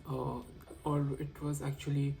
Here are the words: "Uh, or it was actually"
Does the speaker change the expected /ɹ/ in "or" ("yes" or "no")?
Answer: yes